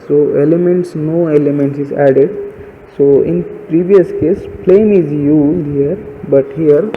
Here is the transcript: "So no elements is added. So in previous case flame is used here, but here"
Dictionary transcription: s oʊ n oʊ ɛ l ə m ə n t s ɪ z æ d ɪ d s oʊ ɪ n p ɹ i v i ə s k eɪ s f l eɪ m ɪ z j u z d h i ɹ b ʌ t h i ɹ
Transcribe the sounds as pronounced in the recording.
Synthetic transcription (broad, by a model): s oʊ n oʊ ɛ l ə m ə n t s ɪ z æ d ɪ d s oʊ ɪ n p ɹ i v i ə s k eɪ s p l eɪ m ɪ z j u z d h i ɹ b ʌ t h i ɹ